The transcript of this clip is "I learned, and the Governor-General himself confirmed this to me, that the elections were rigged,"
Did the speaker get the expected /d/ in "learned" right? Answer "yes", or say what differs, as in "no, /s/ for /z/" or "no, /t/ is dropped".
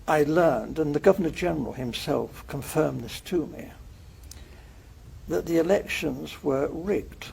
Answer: yes